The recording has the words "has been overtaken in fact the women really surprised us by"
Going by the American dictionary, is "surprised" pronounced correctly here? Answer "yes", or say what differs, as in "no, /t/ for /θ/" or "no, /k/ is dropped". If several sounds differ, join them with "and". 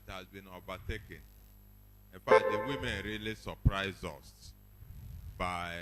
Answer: no, /d/ is dropped